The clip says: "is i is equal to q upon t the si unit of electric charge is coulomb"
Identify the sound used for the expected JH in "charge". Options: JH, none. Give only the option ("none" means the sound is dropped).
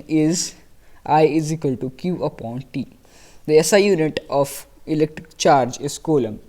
JH